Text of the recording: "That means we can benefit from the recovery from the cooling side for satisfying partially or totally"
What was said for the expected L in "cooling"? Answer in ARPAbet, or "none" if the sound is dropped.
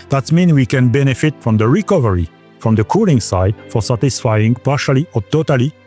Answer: L